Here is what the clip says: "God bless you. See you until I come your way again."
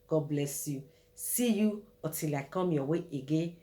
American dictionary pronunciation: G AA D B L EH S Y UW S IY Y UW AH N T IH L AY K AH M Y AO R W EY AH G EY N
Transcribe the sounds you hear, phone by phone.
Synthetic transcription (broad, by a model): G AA B L EH S Y UW S IY Y UW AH T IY L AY K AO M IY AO W EY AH G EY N